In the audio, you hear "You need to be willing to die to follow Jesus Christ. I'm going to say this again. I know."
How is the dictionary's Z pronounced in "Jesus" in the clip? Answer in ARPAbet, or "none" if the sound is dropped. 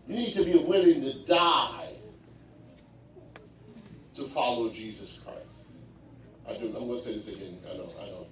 Z